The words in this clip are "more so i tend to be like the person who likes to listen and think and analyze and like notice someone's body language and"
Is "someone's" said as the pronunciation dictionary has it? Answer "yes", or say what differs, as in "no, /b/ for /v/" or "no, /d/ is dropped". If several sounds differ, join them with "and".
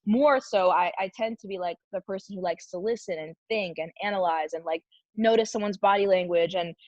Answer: yes